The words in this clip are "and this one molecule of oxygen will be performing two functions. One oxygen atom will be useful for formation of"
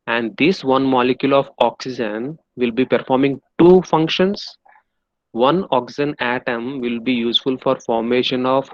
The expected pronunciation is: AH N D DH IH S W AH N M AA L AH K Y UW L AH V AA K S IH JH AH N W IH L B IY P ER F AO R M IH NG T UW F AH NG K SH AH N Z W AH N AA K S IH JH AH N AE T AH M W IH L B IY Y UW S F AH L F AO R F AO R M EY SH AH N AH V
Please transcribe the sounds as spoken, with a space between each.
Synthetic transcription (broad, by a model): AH N D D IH S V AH N M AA L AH K Y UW L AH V AA K S IH JH AH N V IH L B IY P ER F AO R M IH NG T UW F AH NG K SH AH N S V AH N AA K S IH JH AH N AE T AH M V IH L B IY Y UW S F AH L F AO R F AO R M EY SH AH N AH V